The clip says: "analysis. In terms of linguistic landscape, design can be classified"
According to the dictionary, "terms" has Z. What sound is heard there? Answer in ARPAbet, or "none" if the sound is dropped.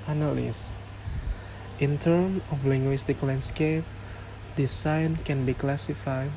none